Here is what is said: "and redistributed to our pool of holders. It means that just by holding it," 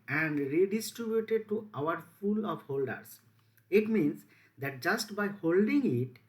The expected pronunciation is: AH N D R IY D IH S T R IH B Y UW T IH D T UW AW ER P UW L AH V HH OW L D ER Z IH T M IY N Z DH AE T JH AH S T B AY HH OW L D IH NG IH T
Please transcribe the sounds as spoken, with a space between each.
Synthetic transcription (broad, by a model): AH N D R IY D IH S T R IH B Y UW T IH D T UW AW ER F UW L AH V HH OW L D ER S IH T M IY N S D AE T JH AH S T B AY HH OW L D IH NG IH T